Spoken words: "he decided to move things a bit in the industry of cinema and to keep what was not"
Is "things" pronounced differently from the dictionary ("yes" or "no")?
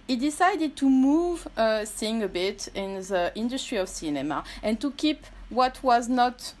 yes